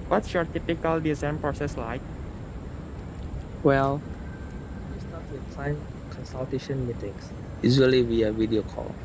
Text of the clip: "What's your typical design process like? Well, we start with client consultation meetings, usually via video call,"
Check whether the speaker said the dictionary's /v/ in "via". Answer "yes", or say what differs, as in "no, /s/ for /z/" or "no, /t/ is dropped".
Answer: no, /w/ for /v/